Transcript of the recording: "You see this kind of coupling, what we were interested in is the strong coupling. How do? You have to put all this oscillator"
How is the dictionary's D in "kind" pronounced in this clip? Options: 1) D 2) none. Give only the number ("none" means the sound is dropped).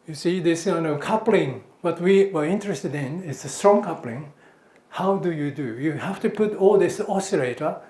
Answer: 2